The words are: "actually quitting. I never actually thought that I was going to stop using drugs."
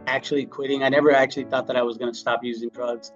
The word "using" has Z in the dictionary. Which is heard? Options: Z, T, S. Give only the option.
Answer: Z